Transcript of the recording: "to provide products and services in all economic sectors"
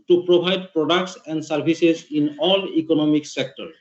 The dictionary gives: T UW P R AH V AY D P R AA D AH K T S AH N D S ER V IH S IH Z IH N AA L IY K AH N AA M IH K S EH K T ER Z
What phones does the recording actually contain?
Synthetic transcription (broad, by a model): T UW P R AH B AY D P R AA D AH K T S AH N D S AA B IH S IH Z IH N AA L IY K AH N AA M IH K S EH K T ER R